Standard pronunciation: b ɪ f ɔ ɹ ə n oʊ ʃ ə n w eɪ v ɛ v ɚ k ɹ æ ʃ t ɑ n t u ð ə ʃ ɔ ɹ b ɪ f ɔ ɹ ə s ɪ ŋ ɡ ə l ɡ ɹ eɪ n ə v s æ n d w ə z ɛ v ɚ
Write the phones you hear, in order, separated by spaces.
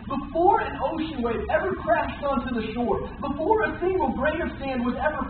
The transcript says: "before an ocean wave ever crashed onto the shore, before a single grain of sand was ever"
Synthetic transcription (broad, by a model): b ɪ f ɔ ɹ ə n oʊ ʃ ə n w eɪ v ɛ v ɚ k ɹ æ ʃ t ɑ n t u ð ə ʃ ɔ ɹ b ɪ f ɔ ɹ ə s ɪ ŋ ɡ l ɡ ɹ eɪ ə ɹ s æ n d w ə z ɛ v ɚ